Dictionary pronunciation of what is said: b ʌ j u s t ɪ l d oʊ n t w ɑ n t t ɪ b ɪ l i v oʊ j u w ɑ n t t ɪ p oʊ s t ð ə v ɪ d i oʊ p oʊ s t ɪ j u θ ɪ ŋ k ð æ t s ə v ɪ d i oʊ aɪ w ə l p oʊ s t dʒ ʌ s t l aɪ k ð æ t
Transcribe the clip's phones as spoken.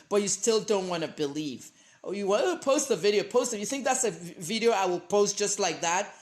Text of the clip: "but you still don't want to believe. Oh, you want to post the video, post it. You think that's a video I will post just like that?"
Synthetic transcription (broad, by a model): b ʌ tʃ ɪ s t ɪ l d oʊ n t w ɑ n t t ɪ b ɪ l i v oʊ j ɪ w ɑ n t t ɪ p oʊ s t ð ə v ɪ d i oʊ p oʊ s t ɪ j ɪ θ ɪ ŋ k ð æ t s ə v ɪ d i oʊ aɪ w ə l p oʊ s t dʒ ʌ s t l aɪ k ð æ t